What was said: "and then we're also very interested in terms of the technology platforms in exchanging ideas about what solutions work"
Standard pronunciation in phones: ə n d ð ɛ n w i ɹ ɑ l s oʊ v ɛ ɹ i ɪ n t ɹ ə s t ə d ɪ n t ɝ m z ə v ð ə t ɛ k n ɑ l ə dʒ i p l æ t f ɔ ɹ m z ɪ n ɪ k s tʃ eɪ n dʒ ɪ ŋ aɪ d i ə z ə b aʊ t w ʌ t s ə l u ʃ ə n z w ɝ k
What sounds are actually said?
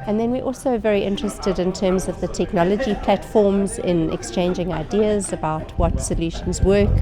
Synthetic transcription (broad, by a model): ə n ð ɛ n w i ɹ ɑ l s oʊ v ɛ ɹ i ɪ n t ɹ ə s t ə d ɪ n t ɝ m z ə v ð ə t ɛ k n ɑ l ə dʒ i p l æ t f ɔ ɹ m z ɪ n ɪ k s tʃ eɪ n dʒ ɪ ŋ aɪ d i ə z ə b aʊ t w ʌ t s ə l u ʃ ə n z w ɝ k